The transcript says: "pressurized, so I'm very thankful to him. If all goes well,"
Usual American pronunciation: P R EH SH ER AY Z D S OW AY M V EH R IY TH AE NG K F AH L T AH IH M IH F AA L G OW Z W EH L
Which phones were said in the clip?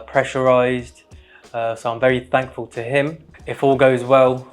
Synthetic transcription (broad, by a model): P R EH SH ER AY Z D S OW AY M V EH R IY TH AE NG K F AH L T AH IH M IH F AA L G OW Z W EH L